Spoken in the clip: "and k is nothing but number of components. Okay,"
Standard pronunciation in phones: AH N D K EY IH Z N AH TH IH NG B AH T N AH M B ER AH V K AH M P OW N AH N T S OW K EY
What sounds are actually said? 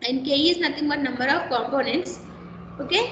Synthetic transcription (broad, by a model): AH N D K EY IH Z N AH T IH NG B AH T N AH M B ER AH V K AH M P OW N AH N T S OW K EY